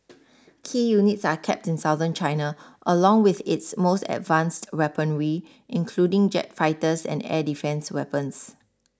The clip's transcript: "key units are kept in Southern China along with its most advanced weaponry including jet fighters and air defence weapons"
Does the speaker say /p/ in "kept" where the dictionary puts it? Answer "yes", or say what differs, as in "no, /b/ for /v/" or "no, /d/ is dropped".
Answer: yes